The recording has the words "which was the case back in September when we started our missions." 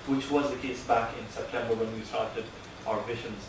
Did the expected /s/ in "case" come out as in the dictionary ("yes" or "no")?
yes